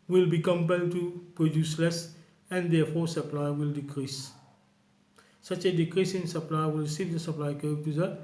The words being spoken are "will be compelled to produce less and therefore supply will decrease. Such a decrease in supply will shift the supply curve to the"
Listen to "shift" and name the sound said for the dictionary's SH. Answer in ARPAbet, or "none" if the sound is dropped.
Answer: S